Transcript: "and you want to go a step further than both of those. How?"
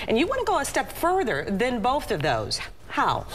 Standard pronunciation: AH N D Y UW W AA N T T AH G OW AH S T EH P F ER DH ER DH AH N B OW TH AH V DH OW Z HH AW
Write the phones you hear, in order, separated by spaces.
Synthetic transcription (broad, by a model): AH N Y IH W AA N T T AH G OW AH S T EH P F ER DH ER DH AH N B OW TH AH V DH OW Z HH AW